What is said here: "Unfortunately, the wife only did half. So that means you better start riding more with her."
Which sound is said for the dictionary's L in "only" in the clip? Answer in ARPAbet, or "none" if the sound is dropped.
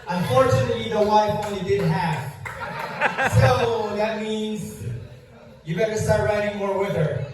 none